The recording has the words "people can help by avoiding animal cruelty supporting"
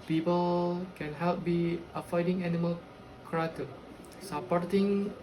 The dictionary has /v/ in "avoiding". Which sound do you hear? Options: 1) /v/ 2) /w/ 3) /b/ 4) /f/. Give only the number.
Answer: 4